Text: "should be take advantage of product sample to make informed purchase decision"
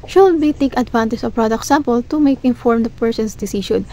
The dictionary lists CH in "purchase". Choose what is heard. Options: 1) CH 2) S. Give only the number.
2